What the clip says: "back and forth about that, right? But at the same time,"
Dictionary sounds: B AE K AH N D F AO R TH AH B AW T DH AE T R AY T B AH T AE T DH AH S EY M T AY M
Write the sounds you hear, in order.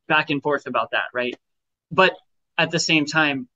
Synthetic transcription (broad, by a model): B AE K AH N F AO R TH AH B AW T DH AE T R AY T B AH T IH T DH AH S EY M T AY M